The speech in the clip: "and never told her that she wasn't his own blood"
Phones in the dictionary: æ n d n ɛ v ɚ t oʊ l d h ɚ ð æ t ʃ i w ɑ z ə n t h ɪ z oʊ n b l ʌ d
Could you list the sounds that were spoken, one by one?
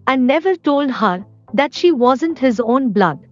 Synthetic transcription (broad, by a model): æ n d n ɛ v ɚ t oʊ l d h ɚ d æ t ʃ i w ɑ z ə n t h ɪ z oʊ n b l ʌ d